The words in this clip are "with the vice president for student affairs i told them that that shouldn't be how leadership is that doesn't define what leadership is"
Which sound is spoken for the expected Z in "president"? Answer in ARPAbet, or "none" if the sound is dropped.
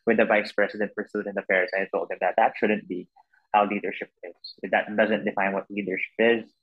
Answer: S